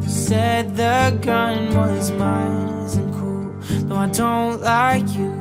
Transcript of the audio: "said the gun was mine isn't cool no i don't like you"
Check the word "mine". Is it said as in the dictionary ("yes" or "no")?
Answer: no